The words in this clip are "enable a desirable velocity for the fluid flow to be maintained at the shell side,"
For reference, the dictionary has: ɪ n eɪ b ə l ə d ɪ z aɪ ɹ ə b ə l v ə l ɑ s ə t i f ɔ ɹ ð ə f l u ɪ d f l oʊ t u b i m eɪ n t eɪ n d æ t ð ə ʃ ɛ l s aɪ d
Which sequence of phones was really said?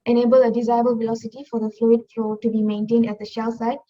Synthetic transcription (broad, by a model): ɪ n eɪ b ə l ə d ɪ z aɪ ə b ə l v ə l ɑ s ə t i f ɔ ɹ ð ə f l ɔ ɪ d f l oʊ t u b i m eɪ n t eɪ n d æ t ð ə ʃ ɛ l s aɪ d